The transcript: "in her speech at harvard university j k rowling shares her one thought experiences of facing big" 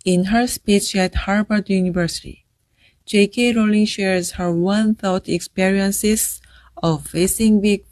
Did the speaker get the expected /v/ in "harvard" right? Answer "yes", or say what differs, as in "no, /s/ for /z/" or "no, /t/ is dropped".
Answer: no, /b/ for /v/